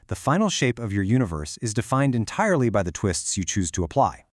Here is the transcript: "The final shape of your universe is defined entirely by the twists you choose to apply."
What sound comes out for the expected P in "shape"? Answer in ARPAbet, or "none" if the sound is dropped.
P